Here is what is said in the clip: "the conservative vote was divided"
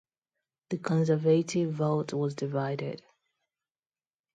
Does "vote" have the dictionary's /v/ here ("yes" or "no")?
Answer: yes